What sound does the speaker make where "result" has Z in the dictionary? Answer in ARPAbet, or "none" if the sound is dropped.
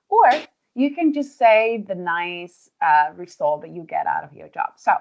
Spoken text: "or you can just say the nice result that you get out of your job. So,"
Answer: S